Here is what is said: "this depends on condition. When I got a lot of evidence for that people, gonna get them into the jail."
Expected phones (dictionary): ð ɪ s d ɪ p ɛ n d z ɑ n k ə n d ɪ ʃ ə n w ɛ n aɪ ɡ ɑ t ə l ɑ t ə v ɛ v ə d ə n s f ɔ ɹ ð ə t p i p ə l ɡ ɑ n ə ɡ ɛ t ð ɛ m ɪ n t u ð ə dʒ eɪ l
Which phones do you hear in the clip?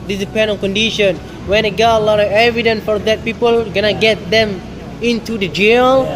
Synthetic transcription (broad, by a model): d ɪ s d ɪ p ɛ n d ɑ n k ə n d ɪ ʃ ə n w ɛ n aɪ ɡ ɑ t ə l ɑ t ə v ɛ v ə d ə n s f ɔ ɹ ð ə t p i p ə l ɡ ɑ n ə ɡ ɛ t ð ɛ m ɪ n t u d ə dʒ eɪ l